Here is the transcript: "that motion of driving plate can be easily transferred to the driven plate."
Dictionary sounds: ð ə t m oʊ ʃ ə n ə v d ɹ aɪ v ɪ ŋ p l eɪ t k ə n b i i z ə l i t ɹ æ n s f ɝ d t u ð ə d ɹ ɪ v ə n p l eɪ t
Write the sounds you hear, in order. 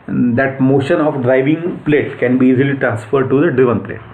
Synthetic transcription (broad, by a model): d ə t m oʊ ʃ ə n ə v d ɹ aɪ v ɪ ŋ p l eɪ t k ə n b i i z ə l i t ɹ æ n s f ɝ d t u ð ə d ɹ ɪ v ə n p l eɪ t